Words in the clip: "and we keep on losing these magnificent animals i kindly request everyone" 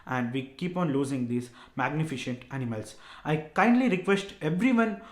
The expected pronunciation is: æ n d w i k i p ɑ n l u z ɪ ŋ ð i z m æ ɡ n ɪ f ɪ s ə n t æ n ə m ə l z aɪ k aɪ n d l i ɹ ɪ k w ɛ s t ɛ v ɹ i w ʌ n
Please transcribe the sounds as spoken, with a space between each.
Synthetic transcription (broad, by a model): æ n d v i k i p ɑ n l u z ɪ ŋ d i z m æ ɡ n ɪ f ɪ ʃ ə n t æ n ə m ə l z aɪ k aɪ n d l i ɹ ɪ k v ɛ s t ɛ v ɹ i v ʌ n